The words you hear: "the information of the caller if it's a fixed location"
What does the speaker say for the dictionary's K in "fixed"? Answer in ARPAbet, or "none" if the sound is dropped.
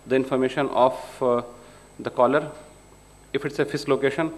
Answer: none